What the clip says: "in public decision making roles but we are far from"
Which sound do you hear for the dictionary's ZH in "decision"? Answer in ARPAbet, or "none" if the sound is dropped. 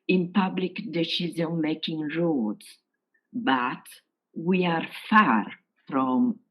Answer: Z